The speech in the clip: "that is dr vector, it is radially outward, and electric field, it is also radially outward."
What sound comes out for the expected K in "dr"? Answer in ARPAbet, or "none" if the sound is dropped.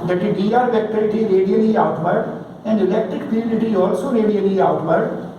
none